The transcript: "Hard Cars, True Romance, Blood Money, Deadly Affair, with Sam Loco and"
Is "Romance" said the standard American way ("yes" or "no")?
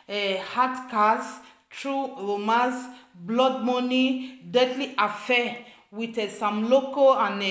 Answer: no